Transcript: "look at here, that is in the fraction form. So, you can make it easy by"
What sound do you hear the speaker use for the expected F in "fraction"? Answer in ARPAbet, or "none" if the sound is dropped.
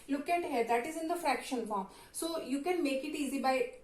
F